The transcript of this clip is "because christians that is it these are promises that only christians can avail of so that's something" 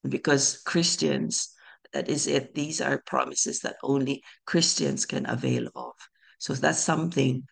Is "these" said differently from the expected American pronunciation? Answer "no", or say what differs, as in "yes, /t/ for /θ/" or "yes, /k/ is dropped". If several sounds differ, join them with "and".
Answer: no